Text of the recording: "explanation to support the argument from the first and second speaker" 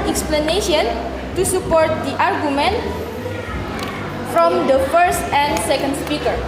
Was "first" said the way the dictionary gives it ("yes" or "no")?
yes